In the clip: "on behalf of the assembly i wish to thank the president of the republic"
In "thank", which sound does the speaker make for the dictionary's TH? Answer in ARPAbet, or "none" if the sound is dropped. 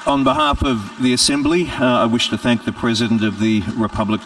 TH